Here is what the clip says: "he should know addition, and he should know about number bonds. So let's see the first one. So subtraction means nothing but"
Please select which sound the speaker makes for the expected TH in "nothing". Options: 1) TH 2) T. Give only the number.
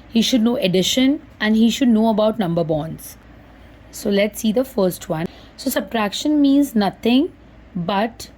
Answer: 2